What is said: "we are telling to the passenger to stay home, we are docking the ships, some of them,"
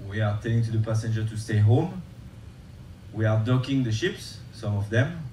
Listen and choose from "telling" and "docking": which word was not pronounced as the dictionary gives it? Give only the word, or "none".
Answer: telling